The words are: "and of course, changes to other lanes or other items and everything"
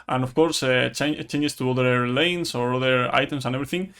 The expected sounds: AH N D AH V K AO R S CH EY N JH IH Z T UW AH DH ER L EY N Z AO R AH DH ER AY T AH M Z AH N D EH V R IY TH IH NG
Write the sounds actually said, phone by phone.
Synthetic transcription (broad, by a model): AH N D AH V K AO R S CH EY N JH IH S T UW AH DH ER L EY N S AO R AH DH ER AY T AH M S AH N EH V R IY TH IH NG